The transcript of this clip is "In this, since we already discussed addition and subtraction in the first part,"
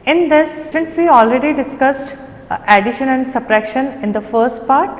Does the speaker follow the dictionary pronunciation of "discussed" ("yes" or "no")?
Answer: yes